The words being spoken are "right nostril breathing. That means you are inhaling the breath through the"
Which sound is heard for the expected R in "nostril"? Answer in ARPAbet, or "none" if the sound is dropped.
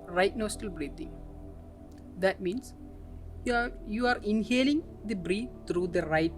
none